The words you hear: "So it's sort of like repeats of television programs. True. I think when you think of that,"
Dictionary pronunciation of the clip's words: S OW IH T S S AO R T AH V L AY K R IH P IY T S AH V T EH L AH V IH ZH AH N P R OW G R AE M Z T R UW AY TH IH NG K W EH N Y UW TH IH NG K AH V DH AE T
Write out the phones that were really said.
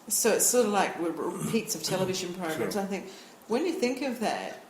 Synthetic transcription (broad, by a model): S OW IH T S S AO R T AH V L AY K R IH P IY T S AH V T EH L AH V IH ZH AH N P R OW G R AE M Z AY TH IH NG K W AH N Y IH TH IH NG K AH V DH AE T